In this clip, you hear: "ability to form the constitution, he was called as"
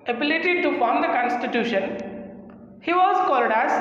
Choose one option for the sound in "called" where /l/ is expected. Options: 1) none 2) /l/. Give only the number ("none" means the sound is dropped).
2